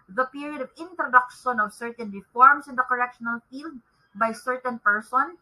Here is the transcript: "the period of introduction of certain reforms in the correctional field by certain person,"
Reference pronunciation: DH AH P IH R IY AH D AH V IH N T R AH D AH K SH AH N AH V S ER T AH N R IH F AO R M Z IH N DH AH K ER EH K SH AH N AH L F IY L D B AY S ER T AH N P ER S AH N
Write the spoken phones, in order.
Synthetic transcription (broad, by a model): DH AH P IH R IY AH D AH V IH N T R AH D AH K SH AH N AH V S ER T AH N R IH F AO R M S IH N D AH K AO EH K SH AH N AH L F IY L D B AY S ER T AH N P ER S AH N